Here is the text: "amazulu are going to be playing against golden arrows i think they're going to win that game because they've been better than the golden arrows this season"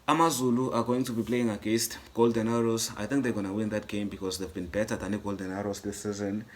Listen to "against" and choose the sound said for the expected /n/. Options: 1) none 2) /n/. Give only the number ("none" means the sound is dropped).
1